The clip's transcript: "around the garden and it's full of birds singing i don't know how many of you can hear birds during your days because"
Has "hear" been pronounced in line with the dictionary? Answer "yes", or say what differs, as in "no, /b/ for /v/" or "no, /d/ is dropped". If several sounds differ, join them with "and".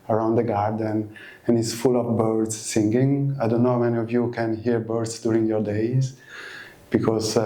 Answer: yes